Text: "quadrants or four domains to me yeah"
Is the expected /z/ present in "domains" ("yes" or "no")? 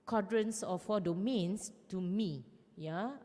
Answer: no